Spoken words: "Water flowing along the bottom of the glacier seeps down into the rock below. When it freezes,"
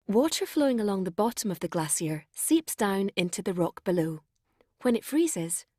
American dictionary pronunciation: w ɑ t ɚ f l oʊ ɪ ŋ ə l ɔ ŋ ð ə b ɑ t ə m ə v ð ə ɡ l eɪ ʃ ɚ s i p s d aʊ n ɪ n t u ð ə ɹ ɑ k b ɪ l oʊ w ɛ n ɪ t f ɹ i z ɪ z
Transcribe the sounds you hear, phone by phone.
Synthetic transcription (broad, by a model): w ɑ t ɚ f l oʊ ɪ ŋ ə l ɔ ŋ ð ə b ɑ t ə m ə v ð ə ɡ l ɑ s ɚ s i p s d aʊ n ɪ n t u ð ə ɹ ɑ k b ɪ l oʊ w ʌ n ɪ t f ɹ i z ɪ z